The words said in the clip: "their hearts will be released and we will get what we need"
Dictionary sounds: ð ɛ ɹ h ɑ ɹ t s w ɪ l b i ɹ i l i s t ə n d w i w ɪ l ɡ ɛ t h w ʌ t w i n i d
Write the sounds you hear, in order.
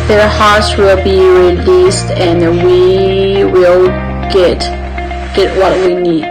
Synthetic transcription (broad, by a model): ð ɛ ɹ h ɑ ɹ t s w ɪ l b i ɹ i l i s t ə n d w i w ɪ l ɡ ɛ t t w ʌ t w i n i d